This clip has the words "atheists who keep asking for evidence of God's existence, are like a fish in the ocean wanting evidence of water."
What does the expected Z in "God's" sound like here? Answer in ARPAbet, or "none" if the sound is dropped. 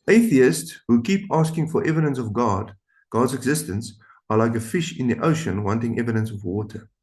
Z